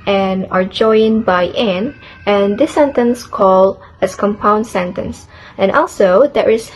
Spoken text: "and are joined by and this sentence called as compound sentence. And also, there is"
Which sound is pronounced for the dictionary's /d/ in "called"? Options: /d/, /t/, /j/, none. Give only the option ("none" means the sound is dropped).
none